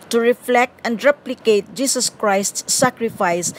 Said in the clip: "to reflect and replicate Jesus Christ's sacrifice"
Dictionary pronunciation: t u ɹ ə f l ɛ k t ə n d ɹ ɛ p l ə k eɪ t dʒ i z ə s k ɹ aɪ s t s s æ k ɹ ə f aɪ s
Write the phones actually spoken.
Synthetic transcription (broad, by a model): t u ɹ ə f l ɛ k t ə n d ɹ ɛ p l ə k eɪ t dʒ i s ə s k ɹ aɪ s t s s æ k ɹ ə f aɪ s